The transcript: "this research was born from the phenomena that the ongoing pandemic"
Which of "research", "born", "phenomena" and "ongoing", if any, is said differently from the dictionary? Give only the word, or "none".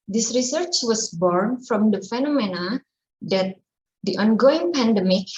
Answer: none